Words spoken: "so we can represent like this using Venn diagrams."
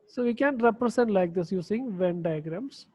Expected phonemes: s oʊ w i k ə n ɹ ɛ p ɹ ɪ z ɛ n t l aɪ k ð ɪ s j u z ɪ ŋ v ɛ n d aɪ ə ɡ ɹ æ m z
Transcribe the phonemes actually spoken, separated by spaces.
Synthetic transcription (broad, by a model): s oʊ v i k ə n ɹ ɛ p ɹ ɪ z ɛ n t l aɪ k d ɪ s j u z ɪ ŋ v ɛ n d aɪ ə ɡ ɹ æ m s